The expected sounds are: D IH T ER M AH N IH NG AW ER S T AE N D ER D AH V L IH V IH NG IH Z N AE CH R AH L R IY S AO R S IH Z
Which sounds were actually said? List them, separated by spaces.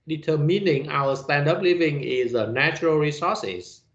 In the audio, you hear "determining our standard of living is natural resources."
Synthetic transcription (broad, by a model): D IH T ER M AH N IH NG AW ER S T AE N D D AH P L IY V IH NG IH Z N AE CH R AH L R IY S AO S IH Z